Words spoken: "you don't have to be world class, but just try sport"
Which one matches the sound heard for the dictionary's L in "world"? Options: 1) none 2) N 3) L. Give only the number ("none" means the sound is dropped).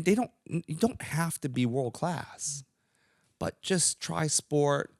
3